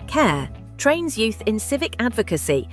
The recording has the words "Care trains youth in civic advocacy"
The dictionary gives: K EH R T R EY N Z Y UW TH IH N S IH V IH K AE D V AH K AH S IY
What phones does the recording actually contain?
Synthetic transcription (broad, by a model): K EH T R EY N Z Y UW TH IH N S IH V IH K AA D V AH K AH S IY